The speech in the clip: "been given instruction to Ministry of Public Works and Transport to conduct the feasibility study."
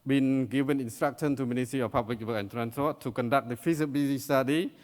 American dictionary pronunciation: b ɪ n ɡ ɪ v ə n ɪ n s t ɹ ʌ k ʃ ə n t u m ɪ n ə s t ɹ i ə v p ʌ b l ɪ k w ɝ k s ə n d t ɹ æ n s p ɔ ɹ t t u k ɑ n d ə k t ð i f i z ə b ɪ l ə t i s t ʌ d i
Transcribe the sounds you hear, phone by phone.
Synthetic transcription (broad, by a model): b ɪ n ɡ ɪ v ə n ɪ n s t ɹ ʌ k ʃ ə n t u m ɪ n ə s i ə p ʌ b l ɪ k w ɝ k ə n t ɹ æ n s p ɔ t t u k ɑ n d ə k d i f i s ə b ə s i s t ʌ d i